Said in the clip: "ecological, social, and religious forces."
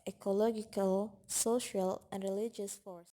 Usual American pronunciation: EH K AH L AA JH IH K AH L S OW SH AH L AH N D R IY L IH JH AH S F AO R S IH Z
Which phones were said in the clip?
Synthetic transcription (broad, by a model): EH K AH L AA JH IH K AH L S OW SH AH L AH N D R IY L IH JH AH S F AO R S